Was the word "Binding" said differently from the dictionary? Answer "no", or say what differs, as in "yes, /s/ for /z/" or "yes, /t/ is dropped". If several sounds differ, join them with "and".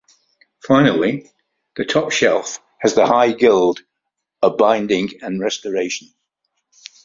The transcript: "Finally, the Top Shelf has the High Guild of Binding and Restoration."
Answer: no